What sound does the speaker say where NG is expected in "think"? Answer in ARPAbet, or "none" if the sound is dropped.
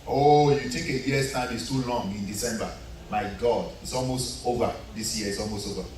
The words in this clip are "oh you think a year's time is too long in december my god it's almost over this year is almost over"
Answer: none